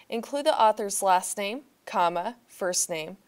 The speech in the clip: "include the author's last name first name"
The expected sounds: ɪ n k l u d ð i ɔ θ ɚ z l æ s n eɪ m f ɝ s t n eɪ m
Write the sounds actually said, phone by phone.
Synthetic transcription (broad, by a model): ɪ n k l u d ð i ɔ θ ɚ z l æ s n eɪ m f ɝ s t n eɪ m